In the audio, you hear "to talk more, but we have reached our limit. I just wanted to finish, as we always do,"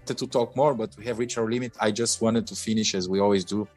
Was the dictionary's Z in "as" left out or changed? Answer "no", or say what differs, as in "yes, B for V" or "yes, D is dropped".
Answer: no